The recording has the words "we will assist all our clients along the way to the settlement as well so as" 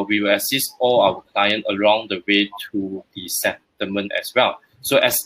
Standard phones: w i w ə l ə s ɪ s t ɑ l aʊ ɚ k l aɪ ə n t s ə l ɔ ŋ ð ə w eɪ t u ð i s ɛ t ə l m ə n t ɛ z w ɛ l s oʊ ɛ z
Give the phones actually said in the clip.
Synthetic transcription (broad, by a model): w i w ə l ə s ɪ s t ɑ l aʊ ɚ k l aɪ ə n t ə l ɔ ŋ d ə w eɪ t u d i s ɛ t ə m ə n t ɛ s w ɛ l s oʊ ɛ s